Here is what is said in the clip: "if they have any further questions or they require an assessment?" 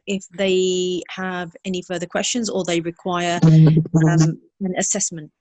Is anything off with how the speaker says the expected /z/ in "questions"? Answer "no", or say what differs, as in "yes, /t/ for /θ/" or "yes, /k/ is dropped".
no